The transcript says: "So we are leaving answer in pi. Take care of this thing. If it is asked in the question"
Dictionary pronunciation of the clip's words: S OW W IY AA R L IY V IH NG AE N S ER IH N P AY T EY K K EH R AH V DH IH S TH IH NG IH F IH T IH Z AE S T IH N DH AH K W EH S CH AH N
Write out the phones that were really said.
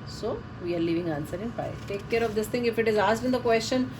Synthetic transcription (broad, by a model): S OW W IY AA R L IY V IH NG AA N S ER IH N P AY T EY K K EH R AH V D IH S T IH NG IH F IH T IH Z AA S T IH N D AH K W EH S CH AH N